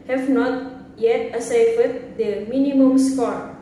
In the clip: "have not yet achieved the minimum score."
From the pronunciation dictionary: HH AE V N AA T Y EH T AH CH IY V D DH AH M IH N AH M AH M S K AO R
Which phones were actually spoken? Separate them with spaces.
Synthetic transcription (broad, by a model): HH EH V N AA T Y EH T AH S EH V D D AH M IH N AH M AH M S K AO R